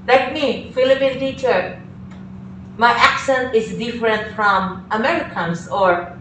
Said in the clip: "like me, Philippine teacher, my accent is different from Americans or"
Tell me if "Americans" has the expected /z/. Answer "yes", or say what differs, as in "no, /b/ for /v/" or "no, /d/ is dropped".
no, /s/ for /z/